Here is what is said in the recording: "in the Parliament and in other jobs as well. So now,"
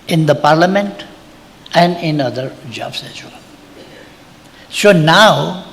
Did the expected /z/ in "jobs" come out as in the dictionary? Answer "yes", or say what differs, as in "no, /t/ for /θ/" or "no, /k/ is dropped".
no, /s/ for /z/